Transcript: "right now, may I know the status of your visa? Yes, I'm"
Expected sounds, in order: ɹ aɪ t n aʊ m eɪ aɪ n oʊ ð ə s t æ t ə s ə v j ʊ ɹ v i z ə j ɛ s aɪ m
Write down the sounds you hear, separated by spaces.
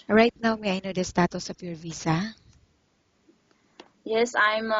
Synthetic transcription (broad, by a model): ɹ aɪ t n aʊ m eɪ aɪ n oʊ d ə s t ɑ t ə s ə p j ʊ ɹ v i s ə j ɛ s aɪ m